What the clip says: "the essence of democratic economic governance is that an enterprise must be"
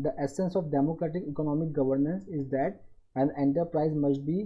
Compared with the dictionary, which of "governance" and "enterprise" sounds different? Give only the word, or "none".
none